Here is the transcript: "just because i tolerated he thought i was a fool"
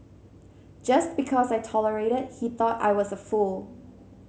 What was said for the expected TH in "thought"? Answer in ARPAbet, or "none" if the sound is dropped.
TH